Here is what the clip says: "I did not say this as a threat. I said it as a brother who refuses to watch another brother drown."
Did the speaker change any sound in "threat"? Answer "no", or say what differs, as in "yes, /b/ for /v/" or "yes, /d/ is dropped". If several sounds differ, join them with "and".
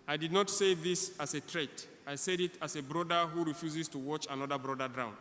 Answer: yes, /t/ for /θ/